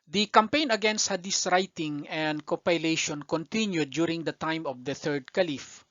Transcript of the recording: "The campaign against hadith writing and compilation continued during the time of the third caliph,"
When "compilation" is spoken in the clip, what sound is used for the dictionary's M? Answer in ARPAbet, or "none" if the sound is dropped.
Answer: none